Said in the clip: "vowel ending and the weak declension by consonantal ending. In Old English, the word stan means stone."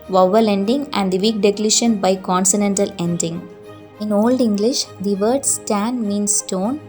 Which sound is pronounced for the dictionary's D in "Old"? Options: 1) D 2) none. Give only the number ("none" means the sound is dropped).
1